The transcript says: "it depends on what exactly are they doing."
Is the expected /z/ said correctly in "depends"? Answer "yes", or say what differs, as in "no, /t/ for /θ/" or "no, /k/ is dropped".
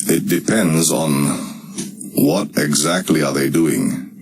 yes